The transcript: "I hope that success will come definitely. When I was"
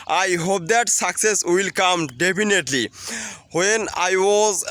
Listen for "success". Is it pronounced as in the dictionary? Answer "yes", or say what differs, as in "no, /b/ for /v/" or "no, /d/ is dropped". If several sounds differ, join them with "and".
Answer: yes